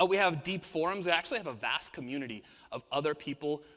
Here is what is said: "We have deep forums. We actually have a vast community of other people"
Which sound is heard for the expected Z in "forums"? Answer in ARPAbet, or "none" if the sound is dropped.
Z